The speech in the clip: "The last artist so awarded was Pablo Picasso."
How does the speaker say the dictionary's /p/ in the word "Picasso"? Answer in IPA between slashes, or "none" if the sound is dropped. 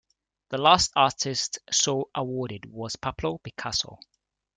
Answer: /b/